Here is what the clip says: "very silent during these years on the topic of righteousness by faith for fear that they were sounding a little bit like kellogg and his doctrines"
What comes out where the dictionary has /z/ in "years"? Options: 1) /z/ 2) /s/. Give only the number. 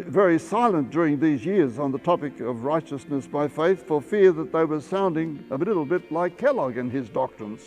1